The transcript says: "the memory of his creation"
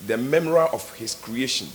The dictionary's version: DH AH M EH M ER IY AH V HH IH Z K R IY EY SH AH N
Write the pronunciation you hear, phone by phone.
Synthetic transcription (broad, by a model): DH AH M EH M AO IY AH F HH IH S K R IY EY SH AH N